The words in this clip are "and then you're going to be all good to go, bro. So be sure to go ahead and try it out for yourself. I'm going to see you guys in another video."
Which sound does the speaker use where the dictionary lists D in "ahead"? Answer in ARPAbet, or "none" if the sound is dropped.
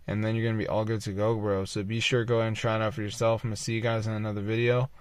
none